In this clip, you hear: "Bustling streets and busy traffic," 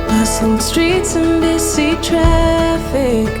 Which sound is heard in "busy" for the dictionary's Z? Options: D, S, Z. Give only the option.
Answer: S